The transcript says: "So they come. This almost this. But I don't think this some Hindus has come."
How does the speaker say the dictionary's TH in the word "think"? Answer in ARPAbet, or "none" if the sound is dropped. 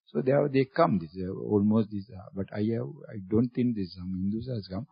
T